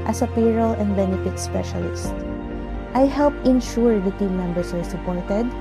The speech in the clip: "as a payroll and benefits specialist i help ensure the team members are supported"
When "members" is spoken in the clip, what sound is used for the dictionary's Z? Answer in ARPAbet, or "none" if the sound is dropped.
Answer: S